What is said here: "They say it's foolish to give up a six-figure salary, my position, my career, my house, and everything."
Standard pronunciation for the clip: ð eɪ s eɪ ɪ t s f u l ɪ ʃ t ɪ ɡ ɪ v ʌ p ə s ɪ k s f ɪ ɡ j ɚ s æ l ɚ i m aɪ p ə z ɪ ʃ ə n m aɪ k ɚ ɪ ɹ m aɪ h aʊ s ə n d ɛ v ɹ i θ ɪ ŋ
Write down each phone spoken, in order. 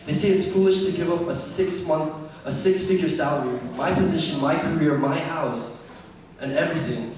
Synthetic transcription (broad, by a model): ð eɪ s eɪ ɪ t s f u l ɪ ʃ t ɪ ɡ ɪ v ʌ p ə s ɪ k s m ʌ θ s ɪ s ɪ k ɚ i m aɪ p ə z ɪ ʃ ə n m aɪ k ɚ ɪ ɹ m aɪ h aʊ s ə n ɛ v ɹ i θ ɪ ŋ